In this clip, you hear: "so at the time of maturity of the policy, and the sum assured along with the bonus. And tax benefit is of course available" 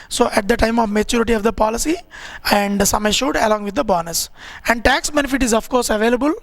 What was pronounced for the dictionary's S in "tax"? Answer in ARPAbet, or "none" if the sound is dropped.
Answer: S